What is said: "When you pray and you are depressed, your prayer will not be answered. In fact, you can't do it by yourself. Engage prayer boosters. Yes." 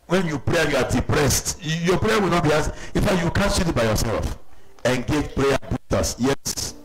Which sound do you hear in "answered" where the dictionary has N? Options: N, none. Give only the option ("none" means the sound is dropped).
none